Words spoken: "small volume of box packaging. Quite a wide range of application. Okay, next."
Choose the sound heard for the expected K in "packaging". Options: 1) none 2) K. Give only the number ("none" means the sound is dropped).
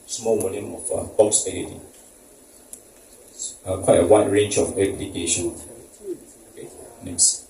1